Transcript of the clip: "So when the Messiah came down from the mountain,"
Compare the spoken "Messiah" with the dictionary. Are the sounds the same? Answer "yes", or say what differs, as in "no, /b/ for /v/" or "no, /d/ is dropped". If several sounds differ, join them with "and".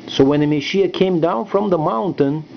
no, /ʃ/ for /s/